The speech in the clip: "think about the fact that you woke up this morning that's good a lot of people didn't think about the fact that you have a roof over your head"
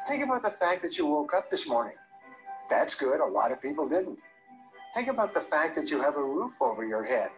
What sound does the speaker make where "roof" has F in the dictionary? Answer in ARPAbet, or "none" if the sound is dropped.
F